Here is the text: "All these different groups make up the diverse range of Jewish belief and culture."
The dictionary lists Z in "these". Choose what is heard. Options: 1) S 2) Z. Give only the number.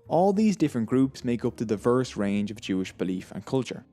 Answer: 2